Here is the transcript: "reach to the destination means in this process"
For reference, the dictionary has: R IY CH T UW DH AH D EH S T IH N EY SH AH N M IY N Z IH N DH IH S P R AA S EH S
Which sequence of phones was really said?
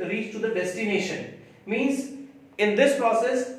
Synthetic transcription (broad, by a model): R IY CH T UW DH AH D EH S T IH N EY SH AH N M IY N Z IH N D IH S P R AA S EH S